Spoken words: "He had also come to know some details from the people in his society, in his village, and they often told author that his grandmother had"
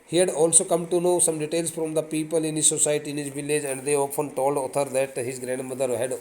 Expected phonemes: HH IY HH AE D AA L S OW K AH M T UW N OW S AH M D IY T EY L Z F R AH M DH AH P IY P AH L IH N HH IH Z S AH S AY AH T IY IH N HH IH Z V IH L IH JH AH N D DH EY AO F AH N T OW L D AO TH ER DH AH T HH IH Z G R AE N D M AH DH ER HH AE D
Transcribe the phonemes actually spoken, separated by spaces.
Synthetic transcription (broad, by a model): HH IY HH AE D AA L S OW K AH M T UW N OW S AH M D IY T EY L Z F R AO M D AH P IY P AH L IH N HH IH S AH S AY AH T IY IH N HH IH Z V IH L IH JH AH N D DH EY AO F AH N T OW L D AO T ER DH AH T HH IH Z G R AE N D M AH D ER HH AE D